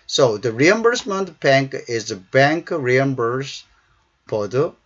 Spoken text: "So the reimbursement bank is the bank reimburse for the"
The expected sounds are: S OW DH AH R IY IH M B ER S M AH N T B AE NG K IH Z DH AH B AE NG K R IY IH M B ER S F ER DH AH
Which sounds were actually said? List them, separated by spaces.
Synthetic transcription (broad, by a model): S OW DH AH R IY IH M B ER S M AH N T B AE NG K IH Z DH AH B AE NG K R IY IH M B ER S P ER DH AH